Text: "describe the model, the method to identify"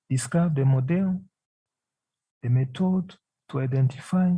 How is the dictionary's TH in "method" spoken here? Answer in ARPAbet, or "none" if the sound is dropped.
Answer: T